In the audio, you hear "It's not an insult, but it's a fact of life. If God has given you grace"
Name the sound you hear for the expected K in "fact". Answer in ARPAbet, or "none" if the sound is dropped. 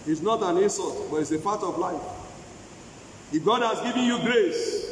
none